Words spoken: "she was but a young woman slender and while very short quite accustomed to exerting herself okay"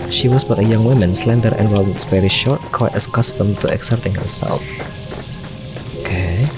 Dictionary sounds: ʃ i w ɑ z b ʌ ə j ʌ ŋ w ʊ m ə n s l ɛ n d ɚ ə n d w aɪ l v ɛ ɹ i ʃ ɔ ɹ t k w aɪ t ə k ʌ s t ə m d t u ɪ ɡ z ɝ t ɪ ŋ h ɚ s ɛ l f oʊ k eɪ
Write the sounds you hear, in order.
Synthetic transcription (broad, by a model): ʃ i w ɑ s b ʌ ə j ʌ ŋ w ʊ m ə n s l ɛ n d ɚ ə n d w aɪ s v ɛ ɹ i ʃ ɔ ɹ t k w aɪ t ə k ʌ s t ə m t u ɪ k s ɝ t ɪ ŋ h ɚ s ɛ l f oʊ k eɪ